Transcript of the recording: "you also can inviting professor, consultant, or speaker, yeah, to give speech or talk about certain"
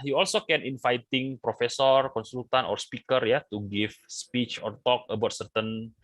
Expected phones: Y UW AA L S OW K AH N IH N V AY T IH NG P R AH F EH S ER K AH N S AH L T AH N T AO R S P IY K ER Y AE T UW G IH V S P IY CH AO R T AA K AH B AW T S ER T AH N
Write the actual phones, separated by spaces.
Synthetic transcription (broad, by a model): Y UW AA L S OW K AH N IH N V AY T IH NG P R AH F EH S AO K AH N S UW L T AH N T AO R S P IY K ER Y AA T UW G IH F S P IY CH AO R T AA K AH B AW T S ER T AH N